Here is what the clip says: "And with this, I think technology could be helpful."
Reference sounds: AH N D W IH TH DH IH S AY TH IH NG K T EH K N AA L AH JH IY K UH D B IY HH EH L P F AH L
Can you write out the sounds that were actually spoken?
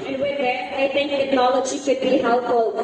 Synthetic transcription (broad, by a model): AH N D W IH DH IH AY T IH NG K T EH K N AA L AH JH IY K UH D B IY HH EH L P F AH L